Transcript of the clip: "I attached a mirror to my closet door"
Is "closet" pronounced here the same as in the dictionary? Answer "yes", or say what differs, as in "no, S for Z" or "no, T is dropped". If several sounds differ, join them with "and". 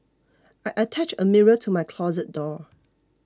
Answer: yes